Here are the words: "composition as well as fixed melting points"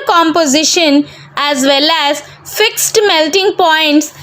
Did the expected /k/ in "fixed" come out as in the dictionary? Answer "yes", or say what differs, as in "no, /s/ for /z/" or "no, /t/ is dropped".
yes